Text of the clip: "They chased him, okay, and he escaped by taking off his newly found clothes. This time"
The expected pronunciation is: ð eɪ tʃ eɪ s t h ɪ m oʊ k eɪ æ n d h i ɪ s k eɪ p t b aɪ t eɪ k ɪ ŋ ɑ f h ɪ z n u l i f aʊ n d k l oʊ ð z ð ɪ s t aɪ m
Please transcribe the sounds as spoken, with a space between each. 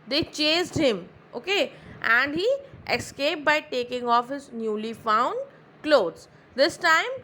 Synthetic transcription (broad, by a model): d eɪ tʃ eɪ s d h ɪ m oʊ k eɪ æ n d h i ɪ s k eɪ p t b aɪ t eɪ k ɪ ŋ ɑ f h ɪ z n u l i f aʊ n d k l oʊ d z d ɪ s t aɪ m